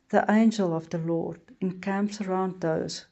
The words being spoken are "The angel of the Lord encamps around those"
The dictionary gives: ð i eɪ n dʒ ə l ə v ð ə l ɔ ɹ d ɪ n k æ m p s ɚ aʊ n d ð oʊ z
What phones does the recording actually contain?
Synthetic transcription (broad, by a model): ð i eɪ n dʒ ə l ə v ð ə l ɔ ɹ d ɪ n k æ m p s ɚ aʊ n d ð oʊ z